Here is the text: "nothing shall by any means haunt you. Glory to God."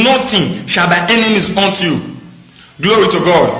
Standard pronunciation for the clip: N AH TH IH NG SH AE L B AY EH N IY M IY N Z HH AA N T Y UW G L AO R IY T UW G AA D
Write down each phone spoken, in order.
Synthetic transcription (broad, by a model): N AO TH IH SH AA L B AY EH N IY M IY Z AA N T Y UW G L AO R IY T UW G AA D